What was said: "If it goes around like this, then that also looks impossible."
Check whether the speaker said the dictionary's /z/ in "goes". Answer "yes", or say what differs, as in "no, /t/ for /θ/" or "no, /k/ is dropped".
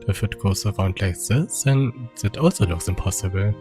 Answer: no, /s/ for /z/